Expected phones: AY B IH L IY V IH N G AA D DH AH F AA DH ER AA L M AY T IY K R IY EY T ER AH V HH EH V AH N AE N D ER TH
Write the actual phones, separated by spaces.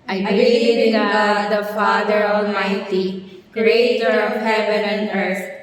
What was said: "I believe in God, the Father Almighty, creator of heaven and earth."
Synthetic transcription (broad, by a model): AY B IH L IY IH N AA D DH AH F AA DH ER AA L M AY T IY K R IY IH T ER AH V HH EH V AH N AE N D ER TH